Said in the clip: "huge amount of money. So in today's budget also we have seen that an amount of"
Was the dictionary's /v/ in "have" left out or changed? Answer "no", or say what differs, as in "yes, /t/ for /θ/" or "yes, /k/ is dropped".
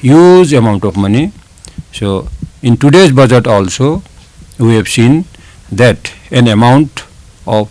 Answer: yes, /b/ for /v/